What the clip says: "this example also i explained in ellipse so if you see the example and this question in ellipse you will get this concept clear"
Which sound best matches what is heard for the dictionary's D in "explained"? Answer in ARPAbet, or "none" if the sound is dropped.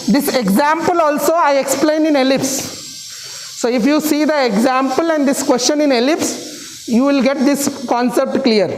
none